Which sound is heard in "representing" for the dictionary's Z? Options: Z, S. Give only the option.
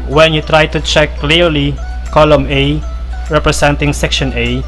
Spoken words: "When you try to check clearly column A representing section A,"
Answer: S